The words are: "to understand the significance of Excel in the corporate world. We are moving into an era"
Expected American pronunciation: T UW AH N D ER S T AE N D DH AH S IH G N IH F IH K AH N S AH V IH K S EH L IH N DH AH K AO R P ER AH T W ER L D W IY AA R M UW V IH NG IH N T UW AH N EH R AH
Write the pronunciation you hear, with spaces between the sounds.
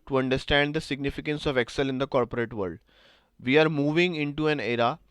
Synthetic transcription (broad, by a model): T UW AH N D ER S T AE N D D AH S IH G N IH F IH K AH N S AH V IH K S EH L IH N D AH K AO R P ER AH T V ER L D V IY AA R M UW V IH NG IH N T UW AH N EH R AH